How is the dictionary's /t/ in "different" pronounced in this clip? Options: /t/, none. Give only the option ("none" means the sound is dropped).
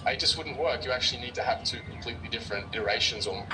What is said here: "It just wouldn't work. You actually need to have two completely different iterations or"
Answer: /t/